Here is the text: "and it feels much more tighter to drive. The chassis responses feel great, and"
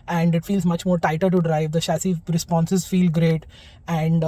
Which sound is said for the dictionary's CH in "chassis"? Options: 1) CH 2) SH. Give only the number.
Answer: 2